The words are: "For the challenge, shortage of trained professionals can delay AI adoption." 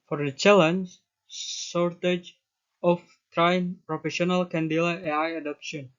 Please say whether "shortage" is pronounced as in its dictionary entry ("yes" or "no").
no